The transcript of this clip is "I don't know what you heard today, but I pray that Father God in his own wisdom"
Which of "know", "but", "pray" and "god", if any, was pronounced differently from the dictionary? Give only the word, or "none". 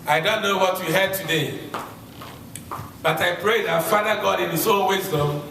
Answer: none